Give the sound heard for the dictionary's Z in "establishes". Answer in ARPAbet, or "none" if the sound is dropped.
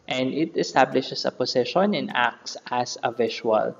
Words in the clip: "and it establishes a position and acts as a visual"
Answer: S